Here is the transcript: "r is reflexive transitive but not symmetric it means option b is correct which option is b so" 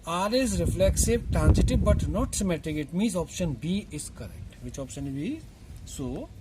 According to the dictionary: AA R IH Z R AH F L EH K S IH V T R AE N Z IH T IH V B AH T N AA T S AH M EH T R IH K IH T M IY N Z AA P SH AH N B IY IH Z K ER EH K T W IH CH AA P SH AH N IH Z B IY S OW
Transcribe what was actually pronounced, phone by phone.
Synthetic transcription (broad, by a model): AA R IH Z R AH F L EH K S IH V T R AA N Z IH T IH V B AH T N AA T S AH M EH T IH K IH T M IY N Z AA P SH AH N B IY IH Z K ER EH K T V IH CH AA P SH AH N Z B IY S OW